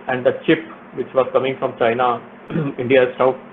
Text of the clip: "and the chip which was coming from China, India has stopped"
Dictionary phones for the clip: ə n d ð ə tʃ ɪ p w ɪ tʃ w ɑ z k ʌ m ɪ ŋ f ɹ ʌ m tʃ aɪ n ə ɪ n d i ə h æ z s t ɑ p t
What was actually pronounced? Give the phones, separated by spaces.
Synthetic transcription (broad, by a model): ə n d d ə tʃ ɪ p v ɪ tʃ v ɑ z k ʌ m ɪ ŋ f ɹ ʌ m tʃ aɪ n ə ɪ n d i ə s t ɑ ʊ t